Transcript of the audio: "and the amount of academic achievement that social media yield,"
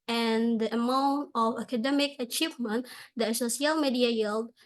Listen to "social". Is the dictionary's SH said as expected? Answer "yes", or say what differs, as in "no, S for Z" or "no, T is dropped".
no, S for SH